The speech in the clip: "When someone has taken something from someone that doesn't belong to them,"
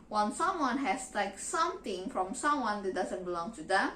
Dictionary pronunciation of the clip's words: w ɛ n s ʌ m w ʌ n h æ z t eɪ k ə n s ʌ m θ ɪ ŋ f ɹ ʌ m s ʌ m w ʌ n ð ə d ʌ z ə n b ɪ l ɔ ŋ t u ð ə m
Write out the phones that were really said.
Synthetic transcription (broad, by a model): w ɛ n s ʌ m w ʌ n h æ s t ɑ ə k s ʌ m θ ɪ ŋ f ɹ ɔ m s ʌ m w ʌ n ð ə d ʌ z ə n b ɪ l ɔ ŋ t u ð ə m